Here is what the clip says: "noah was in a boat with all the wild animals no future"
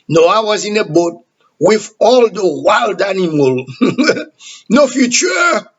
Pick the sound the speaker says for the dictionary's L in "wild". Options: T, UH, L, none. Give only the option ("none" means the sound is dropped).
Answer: L